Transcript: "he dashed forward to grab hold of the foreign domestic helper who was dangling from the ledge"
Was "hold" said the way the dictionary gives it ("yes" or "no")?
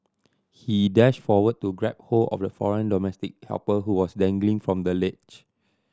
no